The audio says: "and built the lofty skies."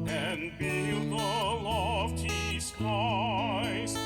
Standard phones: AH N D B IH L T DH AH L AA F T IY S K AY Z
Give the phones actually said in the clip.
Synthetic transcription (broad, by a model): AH N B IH T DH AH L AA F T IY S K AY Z